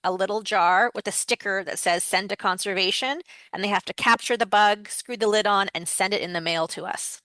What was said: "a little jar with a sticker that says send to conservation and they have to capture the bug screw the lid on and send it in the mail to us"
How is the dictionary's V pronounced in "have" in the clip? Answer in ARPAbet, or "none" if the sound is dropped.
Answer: F